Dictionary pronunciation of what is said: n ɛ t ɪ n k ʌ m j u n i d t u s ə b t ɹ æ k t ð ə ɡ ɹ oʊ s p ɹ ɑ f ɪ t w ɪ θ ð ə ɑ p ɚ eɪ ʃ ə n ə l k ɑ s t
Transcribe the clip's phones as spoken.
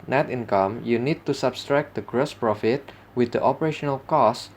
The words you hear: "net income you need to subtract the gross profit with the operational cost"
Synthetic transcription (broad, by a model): n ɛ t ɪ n k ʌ m j u n i d t u s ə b t ɹ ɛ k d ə ɡ ɹ oʊ s p ɹ ɑ f ɪ t w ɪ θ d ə ɑ p ɚ eɪ ʃ ə n ə l k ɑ s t